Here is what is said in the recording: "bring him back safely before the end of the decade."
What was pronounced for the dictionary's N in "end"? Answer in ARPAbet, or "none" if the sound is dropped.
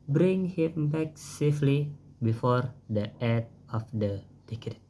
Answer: none